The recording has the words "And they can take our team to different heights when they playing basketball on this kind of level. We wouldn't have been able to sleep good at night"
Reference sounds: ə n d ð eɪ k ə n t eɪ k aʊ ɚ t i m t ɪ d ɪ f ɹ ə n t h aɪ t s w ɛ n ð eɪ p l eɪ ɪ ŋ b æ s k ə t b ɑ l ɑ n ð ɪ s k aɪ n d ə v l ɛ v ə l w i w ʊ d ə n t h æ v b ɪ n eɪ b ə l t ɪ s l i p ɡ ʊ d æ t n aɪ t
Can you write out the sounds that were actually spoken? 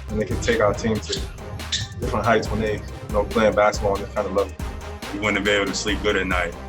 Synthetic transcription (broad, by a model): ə n ð eɪ k ə n t eɪ k aʊ ɚ t i m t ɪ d ɪ f ɹ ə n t h aɪ t s w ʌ n ð eɪ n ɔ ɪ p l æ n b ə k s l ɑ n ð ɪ k aɪ n d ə l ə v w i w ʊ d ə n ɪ b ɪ eɪ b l t ɪ s l i p ɡ ʊ d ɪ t n aɪ t